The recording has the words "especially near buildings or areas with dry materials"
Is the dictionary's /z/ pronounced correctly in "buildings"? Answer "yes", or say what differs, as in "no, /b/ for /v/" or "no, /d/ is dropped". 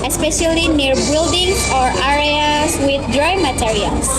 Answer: no, /z/ is dropped